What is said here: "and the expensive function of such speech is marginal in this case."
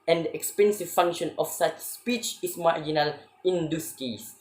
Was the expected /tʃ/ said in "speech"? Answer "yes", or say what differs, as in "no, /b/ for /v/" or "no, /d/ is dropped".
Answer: yes